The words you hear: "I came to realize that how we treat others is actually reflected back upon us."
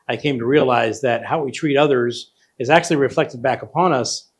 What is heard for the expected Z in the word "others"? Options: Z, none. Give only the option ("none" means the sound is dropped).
Z